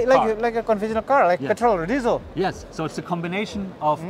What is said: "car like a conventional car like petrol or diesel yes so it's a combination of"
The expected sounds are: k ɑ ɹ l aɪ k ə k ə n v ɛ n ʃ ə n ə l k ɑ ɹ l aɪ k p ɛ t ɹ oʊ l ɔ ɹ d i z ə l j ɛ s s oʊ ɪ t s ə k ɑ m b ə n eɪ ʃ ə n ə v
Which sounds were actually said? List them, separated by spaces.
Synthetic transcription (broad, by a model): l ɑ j l aɪ k ə k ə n f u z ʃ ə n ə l k ɑ ɹ l aɪ k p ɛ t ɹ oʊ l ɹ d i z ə j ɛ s s oʊ ɪ t s ə k ɑ m b ə n eɪ ʃ ə n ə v